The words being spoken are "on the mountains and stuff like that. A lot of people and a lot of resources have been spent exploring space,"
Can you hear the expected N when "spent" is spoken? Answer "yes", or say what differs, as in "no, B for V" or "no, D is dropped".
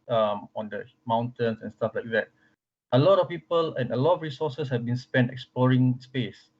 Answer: yes